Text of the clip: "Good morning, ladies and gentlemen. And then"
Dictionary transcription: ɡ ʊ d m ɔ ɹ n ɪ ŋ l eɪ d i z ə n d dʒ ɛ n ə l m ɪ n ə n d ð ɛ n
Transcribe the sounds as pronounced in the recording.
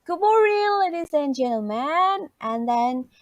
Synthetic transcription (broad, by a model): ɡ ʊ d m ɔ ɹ ɪ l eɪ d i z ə n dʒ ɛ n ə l m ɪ n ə n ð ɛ n